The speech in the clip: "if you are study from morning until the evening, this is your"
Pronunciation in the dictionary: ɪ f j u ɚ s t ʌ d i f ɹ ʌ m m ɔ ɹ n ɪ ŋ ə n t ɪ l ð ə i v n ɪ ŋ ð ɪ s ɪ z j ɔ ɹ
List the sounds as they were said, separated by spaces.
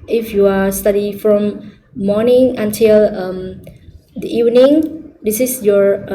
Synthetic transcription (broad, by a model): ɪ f j u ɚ s t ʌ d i f ɹ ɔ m m ɔ n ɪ ŋ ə n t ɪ l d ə i v n ɪ ŋ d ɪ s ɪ s j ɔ ɹ